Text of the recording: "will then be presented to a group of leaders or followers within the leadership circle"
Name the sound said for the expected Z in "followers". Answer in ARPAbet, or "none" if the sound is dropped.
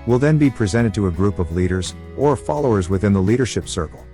Z